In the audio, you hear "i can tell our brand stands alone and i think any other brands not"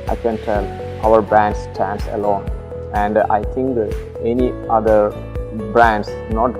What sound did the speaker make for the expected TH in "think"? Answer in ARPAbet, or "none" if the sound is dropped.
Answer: T